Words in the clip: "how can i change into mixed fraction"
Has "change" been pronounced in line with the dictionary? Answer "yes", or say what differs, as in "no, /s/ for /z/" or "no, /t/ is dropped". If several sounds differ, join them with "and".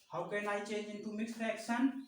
no, /dʒ/ is dropped